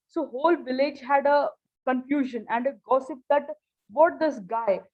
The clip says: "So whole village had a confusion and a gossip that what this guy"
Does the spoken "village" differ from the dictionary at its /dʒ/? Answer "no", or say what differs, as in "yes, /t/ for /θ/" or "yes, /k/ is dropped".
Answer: no